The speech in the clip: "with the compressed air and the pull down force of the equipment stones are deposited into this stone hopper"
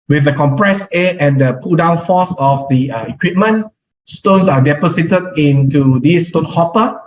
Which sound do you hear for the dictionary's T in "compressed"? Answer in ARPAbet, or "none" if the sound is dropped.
none